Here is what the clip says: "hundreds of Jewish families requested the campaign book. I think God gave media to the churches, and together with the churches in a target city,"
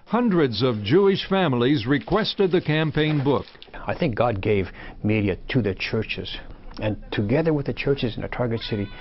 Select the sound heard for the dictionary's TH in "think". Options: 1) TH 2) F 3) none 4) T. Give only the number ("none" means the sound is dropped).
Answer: 1